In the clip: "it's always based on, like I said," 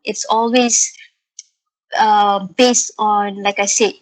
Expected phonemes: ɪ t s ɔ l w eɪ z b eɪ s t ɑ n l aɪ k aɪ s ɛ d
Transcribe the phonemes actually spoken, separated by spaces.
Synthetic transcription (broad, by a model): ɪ t s ɔ l w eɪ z b eɪ s t ɑ n l aɪ k aɪ s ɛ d